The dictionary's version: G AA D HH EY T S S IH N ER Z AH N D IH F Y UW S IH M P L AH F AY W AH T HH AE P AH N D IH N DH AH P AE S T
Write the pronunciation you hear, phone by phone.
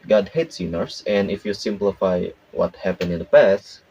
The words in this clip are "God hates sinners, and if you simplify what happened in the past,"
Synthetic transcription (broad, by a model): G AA D HH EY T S S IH N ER S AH N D IH F Y UW S IH M P L AH F AY W AH T HH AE P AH N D IH N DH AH P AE S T